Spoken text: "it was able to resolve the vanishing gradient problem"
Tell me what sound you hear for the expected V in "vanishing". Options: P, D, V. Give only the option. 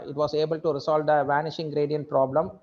V